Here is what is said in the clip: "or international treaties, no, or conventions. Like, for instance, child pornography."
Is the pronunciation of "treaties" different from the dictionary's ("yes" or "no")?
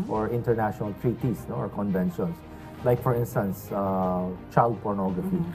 yes